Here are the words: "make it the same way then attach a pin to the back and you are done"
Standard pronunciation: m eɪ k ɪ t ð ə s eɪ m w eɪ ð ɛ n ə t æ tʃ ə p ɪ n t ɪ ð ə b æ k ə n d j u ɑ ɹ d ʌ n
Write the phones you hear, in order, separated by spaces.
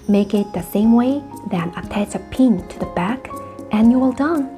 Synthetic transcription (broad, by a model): m eɪ k ɪ t ð ə s eɪ m w eɪ ð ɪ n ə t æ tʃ ə p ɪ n t ɪ ð ə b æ k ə n j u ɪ l d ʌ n